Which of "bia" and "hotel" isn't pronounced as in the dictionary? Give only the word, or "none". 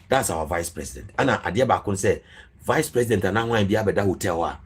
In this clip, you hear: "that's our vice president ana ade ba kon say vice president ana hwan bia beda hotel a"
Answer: hotel